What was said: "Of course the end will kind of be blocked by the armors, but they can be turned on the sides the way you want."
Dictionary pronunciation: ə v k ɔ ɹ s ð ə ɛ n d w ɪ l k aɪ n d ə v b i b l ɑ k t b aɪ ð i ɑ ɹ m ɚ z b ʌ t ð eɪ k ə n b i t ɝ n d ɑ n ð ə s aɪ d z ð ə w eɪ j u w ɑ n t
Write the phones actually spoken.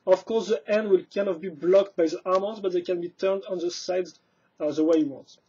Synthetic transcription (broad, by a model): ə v k ɔ ɹ s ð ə ɛ n d w ɪ l k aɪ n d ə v b i b l ɑ k t b aɪ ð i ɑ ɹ m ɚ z b ʌ t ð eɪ k ə n b i t ɝ n d ɑ n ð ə s aɪ d z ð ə w eɪ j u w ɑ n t